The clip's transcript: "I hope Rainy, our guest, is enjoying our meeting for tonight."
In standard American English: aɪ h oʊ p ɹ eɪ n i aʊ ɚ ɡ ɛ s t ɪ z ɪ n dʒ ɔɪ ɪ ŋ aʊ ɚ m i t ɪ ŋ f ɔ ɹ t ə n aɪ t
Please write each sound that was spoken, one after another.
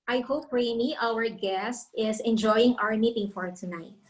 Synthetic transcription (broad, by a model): aɪ h oʊ p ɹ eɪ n i aʊ ɚ ɡ ɛ s t ɪ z ɪ n dʒ ɔɪ ɪ ŋ aʊ ɚ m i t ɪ ŋ f ɔ ɹ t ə n aɪ t